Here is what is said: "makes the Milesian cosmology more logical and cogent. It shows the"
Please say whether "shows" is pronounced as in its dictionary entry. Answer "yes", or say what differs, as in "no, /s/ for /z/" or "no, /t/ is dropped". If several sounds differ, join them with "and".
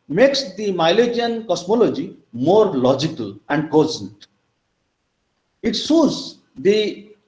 no, /s/ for /ʃ/